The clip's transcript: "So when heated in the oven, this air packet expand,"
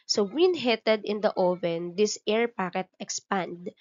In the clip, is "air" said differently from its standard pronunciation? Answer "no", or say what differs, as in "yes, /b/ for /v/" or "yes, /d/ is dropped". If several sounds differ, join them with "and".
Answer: no